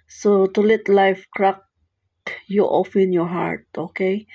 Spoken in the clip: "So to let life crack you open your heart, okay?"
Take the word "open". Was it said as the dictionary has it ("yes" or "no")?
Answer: no